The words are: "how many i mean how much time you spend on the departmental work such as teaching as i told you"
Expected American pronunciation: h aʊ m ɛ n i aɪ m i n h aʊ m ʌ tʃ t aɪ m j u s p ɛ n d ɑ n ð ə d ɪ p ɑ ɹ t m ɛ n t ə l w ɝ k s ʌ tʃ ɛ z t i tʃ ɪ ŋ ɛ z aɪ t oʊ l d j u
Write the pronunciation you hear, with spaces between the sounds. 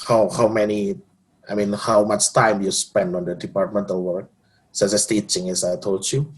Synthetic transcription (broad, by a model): h aʊ m ɛ n i aɪ m i n h aʊ m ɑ tʃ t aɪ m j u s p ɛ n d ɑ n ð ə d ɪ p ɑ ɹ t m ɛ n t ə l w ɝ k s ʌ s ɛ s t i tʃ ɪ ŋ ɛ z aɪ t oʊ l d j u